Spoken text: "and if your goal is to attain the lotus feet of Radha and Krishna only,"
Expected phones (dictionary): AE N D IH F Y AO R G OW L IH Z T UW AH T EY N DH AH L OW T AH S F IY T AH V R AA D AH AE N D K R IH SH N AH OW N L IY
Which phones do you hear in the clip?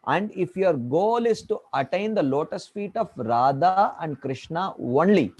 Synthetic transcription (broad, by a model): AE N D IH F Y AO R G OW L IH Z T UW AH T EY N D AH L OW T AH S F IY T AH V R AA D AH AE N D K R IH SH N AH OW N L IY